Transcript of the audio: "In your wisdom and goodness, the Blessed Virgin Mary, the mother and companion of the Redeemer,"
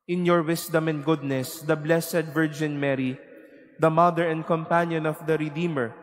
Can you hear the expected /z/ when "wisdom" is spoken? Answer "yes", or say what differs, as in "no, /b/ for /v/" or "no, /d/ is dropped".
no, /s/ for /z/